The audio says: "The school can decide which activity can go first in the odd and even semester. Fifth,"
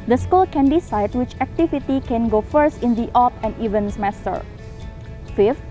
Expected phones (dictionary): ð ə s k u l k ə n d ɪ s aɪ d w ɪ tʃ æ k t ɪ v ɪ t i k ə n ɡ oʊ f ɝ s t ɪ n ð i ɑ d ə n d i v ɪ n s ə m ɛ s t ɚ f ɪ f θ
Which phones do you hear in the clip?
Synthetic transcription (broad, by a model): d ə s k u l k ə n d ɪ s aɪ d w ɪ tʃ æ k t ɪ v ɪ t i k ə n ɡ oʊ f ɝ s t ɪ n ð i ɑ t ə n d i v ɪ n s ə m ɛ s t ɚ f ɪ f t